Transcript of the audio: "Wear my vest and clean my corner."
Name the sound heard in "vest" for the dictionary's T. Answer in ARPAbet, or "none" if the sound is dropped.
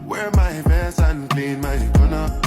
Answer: none